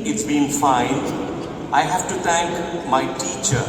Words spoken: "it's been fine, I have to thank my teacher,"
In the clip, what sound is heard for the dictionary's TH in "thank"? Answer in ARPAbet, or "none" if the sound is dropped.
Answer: T